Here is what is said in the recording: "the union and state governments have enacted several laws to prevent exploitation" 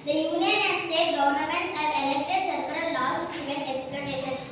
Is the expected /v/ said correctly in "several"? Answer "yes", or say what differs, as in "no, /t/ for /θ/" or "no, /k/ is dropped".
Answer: no, /p/ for /v/